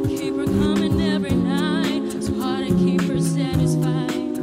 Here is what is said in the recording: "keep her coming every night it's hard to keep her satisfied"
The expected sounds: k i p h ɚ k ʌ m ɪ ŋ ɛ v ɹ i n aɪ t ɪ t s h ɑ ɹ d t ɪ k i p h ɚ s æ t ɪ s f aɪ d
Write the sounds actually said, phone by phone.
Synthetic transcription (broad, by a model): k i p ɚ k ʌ m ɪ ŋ ɛ v ɹ i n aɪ ɪ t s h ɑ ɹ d t ɪ k i p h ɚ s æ t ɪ s f aɪ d